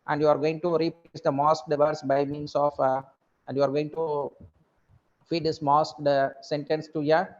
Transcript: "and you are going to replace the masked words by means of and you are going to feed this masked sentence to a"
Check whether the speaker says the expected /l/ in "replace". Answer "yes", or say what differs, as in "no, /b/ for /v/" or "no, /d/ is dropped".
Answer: no, /l/ is dropped